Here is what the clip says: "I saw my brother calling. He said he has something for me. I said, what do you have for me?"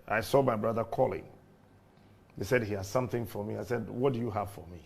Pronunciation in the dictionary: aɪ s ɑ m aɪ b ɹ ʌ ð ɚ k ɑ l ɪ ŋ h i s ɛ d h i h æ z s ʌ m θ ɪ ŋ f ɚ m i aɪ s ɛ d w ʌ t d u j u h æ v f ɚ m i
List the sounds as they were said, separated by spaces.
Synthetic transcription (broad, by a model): aɪ s ɑ m aɪ b ɹ ʌ ð ɚ k ɑ l ɪ ŋ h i s ɛ d h i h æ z s ʌ m θ ɪ ŋ f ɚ m i aɪ s ɛ d w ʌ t d u j u h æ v f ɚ m i